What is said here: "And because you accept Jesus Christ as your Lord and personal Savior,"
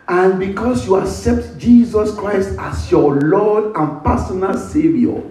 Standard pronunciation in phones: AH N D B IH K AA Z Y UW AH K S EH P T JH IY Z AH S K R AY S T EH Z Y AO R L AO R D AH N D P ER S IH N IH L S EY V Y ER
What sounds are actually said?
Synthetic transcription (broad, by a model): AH N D B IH K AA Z Y UW AH K S EH P T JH IY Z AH S K R AY S T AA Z Y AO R L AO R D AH N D P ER S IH N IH L S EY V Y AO